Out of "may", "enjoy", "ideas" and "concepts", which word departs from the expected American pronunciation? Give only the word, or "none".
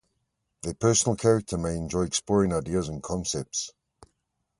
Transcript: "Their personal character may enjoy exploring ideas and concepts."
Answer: none